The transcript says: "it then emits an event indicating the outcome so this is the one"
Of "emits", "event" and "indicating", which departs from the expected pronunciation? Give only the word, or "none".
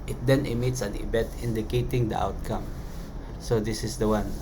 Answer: event